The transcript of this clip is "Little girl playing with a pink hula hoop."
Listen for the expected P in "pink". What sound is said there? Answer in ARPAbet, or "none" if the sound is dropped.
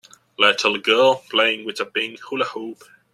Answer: B